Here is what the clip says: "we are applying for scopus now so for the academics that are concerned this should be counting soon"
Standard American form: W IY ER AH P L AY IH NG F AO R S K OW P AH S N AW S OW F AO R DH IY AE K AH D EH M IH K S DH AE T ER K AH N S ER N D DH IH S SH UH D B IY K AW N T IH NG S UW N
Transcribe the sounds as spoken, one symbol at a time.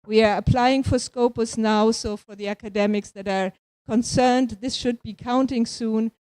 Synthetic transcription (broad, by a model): W IY ER AH P L AY IH NG F AO R S K OW P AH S N AW S OW F AO R DH IY AE K AH D EH M IH K S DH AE T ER K AH N S ER N D DH IH S SH UH D B IY K AW N T IH NG S UW N